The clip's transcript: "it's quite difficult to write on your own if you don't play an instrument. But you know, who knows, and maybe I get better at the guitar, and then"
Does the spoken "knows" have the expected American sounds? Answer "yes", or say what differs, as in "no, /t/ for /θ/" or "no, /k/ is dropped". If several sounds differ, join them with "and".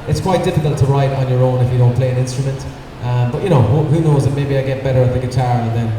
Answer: yes